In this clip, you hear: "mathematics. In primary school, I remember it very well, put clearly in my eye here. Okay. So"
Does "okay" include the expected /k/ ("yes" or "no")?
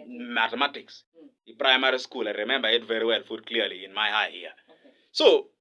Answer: no